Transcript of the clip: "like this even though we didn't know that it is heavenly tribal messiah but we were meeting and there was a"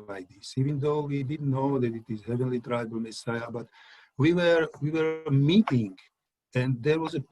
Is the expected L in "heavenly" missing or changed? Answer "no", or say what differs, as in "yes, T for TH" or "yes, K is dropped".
no